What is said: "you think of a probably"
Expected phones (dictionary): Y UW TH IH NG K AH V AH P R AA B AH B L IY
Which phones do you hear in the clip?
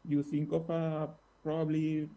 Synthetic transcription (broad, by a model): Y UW S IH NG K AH F AH P R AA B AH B L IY